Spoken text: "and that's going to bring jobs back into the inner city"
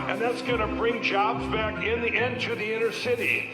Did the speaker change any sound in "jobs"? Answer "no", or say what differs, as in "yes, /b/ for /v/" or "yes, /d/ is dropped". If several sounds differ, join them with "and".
no